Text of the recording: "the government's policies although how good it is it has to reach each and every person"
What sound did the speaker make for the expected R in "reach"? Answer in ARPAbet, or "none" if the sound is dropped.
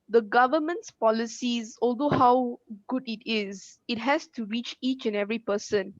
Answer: R